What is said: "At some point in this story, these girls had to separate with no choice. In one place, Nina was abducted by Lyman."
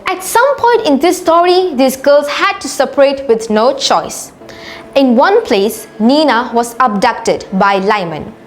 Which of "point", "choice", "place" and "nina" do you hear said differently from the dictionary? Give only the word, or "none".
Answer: none